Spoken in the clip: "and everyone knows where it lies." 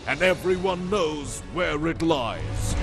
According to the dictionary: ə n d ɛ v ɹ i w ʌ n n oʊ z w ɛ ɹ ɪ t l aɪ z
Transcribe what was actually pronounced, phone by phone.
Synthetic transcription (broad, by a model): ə n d ɛ v ɹ i w ʌ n n oʊ z w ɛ ɹ ɪ t l aɪ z